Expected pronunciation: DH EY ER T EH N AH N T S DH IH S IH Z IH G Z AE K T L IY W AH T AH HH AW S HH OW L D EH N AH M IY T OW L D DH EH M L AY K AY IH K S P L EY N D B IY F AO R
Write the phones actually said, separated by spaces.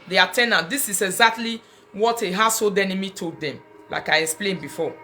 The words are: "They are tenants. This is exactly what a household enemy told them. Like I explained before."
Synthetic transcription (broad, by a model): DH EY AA T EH N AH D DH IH S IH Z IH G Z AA K T L IY W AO T AH HH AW S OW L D EH N AH M IY T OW D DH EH M L AY K AY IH K S P L EY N B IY F AO